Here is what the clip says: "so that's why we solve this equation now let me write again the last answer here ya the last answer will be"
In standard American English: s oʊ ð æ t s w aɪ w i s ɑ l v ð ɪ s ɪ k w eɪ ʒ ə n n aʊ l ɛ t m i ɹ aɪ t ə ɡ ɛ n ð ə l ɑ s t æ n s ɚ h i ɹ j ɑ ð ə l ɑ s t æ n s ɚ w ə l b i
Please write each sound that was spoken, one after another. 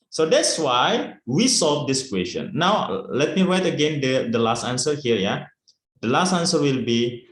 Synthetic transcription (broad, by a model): s oʊ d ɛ t s w aɪ w i s ɑ l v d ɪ s k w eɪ s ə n n aʊ l ɛ t m i ɹ aɪ t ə ɡ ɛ n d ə l ɑ s t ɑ n s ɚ h i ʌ j ɑ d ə l ɑ s t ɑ n s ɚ w ə l b i